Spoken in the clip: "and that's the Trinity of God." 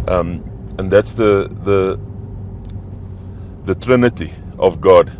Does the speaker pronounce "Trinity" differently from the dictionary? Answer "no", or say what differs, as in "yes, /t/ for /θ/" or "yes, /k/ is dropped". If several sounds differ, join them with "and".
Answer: no